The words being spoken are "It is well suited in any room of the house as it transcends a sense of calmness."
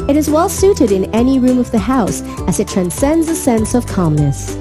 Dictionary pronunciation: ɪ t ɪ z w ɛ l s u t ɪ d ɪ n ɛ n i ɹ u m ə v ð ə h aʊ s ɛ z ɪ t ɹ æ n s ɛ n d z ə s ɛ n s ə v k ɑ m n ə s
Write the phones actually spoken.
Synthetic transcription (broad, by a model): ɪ t ɪ z w ɛ l s u t ɪ d ɪ n ɛ n i ɹ u m ə v ð ə h aʊ s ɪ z ɪ t ɹ æ n s ɛ n d z ə s ɛ n s ə v k ɑ m n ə s